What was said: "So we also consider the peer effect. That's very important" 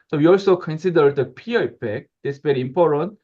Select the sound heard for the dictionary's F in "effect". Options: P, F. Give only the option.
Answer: P